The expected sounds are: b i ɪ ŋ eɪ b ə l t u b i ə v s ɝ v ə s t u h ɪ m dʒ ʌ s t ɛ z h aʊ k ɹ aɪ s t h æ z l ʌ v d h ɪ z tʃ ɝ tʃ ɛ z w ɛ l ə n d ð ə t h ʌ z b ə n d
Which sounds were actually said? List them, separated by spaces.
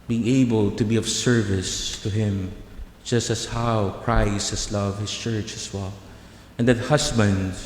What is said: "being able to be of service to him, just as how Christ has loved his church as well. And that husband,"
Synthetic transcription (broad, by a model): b i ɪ ŋ eɪ b ə l t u b i ə v s ɝ v ə s t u h ɪ m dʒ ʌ s t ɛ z h aʊ k ɹ aɪ s t h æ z l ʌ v h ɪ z tʃ ɝ tʃ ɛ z w ɛ l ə n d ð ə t h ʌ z b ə n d